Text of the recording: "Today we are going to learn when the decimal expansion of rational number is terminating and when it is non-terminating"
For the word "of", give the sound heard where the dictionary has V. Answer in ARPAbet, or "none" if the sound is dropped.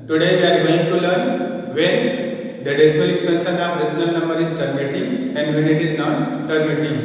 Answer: P